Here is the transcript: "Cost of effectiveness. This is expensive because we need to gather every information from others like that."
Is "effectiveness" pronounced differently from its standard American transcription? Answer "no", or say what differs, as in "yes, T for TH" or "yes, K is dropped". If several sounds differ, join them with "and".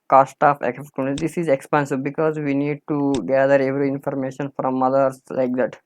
yes, V is dropped